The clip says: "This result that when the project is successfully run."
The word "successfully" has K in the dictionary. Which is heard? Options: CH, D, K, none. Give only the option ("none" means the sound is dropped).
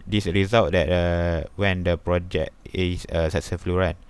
none